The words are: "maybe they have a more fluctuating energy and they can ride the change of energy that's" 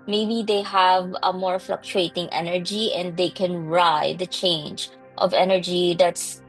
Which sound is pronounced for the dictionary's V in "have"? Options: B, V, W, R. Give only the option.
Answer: V